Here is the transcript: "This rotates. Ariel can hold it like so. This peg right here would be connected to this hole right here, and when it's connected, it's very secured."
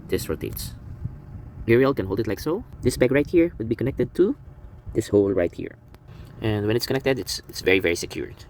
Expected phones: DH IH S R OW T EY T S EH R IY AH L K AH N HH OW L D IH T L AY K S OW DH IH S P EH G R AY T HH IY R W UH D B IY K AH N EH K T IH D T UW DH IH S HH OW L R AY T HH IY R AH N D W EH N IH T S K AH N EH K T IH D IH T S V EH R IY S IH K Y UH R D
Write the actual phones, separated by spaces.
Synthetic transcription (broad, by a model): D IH S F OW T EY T S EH R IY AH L K AH N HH OW L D IH T L AY K S OW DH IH S B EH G R AY T HH IY R W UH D B IY K AH N EH K T IH D T UW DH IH S HH OW L R AY T HH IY R AH N D W EH N IH T S K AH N EH K T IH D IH T S V EH R IY S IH K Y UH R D